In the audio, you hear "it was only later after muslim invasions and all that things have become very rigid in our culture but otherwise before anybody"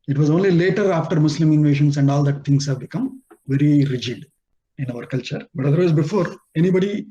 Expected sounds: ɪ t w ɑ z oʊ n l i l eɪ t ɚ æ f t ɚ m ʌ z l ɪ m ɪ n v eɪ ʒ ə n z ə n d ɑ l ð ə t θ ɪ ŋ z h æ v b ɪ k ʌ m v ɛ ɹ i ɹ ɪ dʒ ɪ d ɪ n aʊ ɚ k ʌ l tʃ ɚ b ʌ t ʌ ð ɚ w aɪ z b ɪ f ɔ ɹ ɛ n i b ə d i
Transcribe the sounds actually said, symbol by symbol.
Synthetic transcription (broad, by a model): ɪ t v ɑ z oʊ n l i l eɪ t ɚ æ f t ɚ m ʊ s l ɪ m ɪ n v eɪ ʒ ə n s ə n d ɑ l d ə t t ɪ ŋ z h æ v b ɪ k ʌ m v ɛ ɹ i ɹ ɪ dʒ ɪ d ɪ n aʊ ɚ k ʌ l tʃ ɚ b ʌ t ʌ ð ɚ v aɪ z b ɪ f ɔ ɹ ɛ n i b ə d i